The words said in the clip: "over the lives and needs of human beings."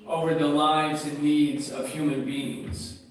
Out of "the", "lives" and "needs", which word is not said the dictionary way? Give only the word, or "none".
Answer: none